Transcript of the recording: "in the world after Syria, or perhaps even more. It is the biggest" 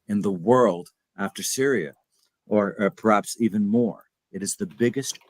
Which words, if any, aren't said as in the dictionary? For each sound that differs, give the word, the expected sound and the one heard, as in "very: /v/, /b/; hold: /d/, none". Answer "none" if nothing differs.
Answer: none